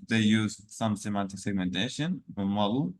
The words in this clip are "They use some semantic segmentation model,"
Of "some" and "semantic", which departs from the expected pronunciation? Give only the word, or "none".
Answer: none